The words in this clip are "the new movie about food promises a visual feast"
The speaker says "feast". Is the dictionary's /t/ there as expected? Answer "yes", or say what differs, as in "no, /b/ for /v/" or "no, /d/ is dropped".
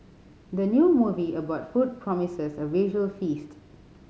yes